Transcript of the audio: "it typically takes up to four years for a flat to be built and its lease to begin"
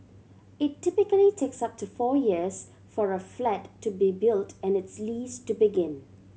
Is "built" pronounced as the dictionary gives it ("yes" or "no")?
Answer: yes